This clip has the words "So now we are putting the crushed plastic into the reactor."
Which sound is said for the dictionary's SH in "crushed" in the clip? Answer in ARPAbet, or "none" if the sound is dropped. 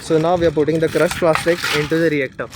S